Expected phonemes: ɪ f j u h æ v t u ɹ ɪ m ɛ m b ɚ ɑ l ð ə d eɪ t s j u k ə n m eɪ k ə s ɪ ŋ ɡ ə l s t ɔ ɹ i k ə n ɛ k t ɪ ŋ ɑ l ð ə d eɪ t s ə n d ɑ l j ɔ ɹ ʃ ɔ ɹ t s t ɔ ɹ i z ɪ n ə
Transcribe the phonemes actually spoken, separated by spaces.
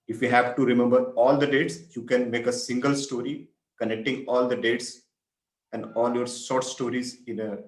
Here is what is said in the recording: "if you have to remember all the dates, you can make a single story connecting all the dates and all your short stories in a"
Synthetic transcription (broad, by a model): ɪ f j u h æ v t u ɹ ɪ m ɛ m b ɚ ɑ l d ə d eɪ t s j u k ə n m eɪ k ə s ɪ ŋ ɡ ə l s t ɔ ɹ i k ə n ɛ k t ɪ ŋ ɑ l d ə d eɪ t s ə n d ɑ l j ɔ ɹ s ɔ ɹ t s t ɔ ɹ i z ɪ n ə